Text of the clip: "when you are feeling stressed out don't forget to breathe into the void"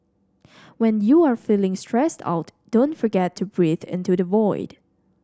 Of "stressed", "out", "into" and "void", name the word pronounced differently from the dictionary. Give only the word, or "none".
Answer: none